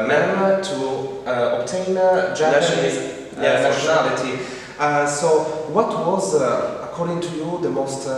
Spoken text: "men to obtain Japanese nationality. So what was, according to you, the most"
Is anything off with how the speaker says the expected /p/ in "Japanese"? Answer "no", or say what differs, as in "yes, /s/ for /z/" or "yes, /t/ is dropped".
yes, /p/ is dropped